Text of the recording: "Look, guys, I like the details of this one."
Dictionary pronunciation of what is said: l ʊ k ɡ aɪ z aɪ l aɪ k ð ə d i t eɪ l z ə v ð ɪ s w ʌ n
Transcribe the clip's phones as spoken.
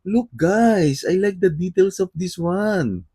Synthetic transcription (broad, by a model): l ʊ k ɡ aɪ s aɪ l aɪ k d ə d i t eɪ l s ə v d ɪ s w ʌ n